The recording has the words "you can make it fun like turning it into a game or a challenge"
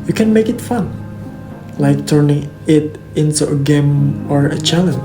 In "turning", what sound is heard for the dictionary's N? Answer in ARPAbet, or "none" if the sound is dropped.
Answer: N